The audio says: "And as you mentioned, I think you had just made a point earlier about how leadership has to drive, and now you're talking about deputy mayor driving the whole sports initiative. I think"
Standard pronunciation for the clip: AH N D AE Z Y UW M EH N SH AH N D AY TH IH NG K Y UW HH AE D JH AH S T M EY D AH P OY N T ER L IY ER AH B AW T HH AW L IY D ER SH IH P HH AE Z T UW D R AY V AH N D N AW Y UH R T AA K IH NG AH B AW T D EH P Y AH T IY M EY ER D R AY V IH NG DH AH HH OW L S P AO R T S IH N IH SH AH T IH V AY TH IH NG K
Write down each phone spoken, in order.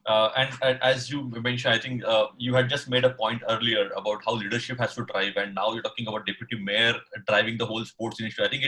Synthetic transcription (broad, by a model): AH N D AE Z Y UW M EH N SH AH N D AY T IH NG K Y UW HH AE D JH AH S T M EY D AH P OY N T ER L IY ER AH B AW T HH AW L IY D ER SH IH P HH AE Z T UW D R AY V AH N D N AW Y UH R T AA K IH NG AH B AW T D EH P Y AH T IY M EY ER D R AY V IH NG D AH HH OW L S P AO R T S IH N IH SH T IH AY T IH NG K